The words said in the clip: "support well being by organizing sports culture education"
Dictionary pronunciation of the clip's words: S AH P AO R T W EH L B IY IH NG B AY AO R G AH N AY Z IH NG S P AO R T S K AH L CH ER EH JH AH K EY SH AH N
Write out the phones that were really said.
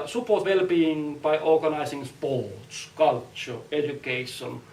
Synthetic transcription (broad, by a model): S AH P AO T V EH L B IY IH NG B AY AO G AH N AY S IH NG S P AO T S K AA L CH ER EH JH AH K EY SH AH N